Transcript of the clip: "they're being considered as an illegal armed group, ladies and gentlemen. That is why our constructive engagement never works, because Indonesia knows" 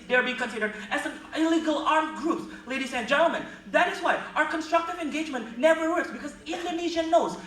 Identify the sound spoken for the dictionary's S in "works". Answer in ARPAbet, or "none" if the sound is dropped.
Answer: S